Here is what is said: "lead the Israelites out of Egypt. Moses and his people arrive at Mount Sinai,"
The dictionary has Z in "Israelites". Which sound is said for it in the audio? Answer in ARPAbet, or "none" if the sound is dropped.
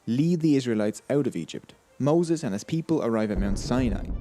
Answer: Z